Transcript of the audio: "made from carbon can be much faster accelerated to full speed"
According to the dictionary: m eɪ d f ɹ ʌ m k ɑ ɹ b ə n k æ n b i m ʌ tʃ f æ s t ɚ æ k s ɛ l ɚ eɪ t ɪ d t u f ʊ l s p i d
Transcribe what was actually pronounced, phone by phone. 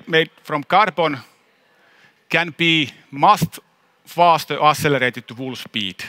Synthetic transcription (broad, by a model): m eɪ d f ɹ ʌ m k ɑ ɹ b ə n k æ n b i m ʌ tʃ f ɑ s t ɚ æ s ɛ l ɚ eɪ t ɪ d t u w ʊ l s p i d